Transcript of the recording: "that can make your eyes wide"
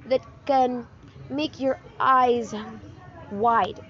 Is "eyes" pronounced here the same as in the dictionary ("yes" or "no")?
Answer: yes